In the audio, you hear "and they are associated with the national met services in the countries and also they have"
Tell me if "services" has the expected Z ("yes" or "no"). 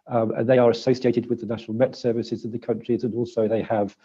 yes